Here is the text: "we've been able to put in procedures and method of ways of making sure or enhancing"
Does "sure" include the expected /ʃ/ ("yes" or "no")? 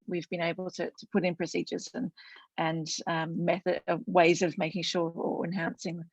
yes